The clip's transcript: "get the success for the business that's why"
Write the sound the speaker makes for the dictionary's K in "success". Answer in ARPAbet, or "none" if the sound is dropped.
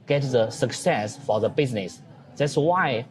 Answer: K